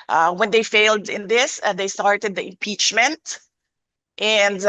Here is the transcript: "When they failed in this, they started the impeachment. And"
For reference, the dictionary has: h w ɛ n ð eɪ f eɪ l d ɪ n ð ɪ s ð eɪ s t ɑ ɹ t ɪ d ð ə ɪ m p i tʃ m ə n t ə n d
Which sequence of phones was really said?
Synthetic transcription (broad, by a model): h w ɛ n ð eɪ f eɪ l d ɪ n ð ɪ s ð eɪ s t ɑ ɹ t ɪ d ð ə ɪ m p i tʃ m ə n t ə n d